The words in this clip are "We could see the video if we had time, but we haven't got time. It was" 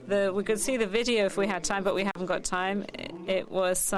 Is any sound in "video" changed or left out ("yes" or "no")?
no